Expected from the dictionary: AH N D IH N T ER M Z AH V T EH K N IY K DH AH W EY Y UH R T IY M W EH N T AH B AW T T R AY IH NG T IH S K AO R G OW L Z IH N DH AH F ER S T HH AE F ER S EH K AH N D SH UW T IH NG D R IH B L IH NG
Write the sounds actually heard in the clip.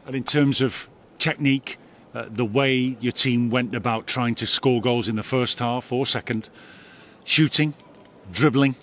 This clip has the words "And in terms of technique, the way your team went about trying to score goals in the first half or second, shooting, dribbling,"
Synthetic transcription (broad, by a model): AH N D IH N T ER M Z AH V T EH K N IY K DH AH W EY Y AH R T IY M W EH N T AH B AW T T R AY IH NG T IH S K AO R G OW L Z IH N DH AH F ER S T HH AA F ER S EH K AH N D SH UW T IH NG D R IH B L IH NG